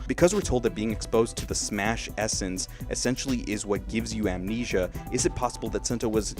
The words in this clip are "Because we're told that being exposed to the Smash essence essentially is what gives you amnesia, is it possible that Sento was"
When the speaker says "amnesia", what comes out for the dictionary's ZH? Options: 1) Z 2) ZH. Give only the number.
2